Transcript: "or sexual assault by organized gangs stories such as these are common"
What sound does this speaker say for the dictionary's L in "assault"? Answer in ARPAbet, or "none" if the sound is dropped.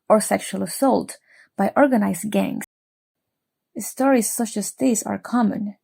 L